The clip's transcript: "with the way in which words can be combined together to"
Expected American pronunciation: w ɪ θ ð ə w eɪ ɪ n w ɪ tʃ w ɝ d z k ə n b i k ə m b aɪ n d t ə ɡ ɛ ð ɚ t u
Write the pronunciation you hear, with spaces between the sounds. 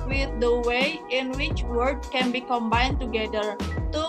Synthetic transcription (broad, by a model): w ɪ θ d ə w eɪ ɪ n w ɪ tʃ w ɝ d k ə n b i k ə m b aɪ n t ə ɡ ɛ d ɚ t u